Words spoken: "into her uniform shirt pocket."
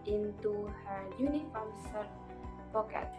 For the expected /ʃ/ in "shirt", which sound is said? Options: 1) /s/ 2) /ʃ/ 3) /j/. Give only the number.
1